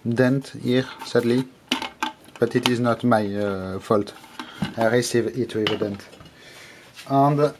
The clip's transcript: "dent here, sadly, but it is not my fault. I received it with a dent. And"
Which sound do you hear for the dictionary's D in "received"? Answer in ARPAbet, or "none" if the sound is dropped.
none